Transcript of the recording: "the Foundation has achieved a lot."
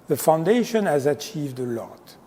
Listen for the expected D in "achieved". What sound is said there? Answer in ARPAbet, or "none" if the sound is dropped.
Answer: D